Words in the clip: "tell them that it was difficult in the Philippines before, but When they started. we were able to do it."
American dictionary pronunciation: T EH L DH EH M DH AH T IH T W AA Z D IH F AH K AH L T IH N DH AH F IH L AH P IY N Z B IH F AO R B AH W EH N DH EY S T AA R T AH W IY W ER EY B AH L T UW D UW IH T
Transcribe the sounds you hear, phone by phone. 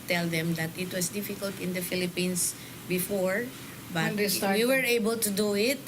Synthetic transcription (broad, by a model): T EH L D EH M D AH T IH T W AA S D IH F AH K AH L T IH N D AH F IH L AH P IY N S B IH F AO R B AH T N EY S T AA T W IY W ER EY B AH L T UW D UW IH T